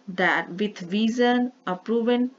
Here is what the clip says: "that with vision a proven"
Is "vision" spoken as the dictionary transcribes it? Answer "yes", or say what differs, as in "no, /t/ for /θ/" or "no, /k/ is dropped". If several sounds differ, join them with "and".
no, /z/ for /ʒ/